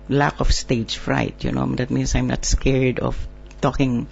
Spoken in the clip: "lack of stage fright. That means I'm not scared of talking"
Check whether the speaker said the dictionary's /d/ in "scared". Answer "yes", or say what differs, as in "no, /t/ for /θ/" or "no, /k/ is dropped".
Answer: yes